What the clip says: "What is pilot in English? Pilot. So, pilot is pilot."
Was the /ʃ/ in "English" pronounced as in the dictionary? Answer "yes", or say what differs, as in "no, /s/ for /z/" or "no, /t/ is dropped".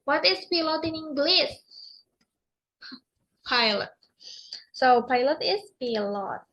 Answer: no, /s/ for /ʃ/